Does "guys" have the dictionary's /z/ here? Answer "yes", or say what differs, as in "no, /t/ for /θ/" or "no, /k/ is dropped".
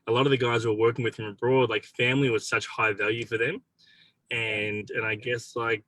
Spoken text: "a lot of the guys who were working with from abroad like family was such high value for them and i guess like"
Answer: yes